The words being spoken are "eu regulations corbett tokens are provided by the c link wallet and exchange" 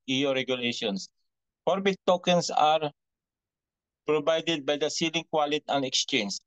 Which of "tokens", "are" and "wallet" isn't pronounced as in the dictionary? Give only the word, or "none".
tokens